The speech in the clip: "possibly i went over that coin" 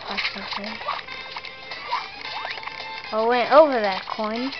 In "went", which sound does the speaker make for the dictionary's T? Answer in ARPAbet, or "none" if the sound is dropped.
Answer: T